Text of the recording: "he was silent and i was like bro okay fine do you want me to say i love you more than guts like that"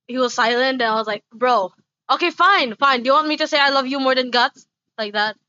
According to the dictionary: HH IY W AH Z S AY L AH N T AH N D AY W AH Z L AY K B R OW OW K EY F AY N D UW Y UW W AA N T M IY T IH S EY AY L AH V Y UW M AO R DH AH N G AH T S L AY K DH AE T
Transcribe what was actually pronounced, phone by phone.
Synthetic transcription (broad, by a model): HH IY W AH Z S AY L AH N T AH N AY W AH Z L AY K B R OW OW K EY F AY N D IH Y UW W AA N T M IY T IH S EY AY L AH V Y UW M AO R DH AH N G AH T S L AY K DH AE T